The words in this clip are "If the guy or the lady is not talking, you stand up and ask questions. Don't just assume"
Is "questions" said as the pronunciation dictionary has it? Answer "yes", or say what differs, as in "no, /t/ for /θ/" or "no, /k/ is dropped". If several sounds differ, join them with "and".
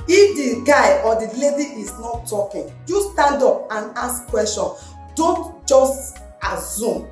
no, /z/ is dropped